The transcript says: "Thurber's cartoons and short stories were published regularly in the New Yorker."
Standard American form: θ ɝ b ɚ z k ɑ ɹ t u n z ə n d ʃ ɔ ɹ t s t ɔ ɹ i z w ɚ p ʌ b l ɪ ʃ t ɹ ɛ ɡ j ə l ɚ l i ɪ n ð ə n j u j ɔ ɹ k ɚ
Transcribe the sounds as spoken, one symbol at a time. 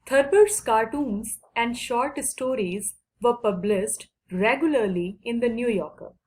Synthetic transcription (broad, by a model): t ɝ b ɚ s k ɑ ɹ t u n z ə n d ʃ ɔ ɹ t s t ɔ ɹ i z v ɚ p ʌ b l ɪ s t ɹ ɛ ɡ j ə l ɚ l i ɪ n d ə n j u j ɔ ɹ k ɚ